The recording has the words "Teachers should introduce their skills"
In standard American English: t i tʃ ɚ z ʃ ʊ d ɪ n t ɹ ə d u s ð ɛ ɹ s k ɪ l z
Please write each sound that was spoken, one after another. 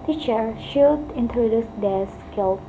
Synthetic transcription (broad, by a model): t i tʃ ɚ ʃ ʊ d ɪ n t ɹ ə d u s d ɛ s k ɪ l